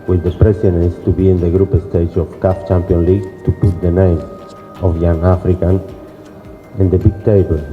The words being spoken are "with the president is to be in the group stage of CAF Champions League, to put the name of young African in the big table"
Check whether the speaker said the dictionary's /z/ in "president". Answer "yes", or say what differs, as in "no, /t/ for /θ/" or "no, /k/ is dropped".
no, /s/ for /z/